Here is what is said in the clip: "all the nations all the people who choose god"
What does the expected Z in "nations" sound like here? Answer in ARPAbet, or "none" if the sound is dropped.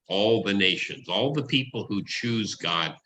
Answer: Z